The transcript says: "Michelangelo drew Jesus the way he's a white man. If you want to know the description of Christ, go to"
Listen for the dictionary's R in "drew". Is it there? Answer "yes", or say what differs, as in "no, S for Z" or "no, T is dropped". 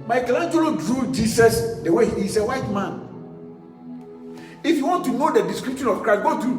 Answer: yes